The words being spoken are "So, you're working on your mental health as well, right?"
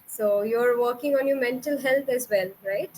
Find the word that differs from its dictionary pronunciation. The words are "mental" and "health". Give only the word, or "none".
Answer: health